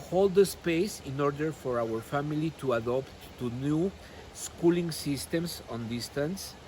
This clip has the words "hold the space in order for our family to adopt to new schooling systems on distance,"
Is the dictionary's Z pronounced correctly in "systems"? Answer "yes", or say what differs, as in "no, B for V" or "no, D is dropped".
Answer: no, S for Z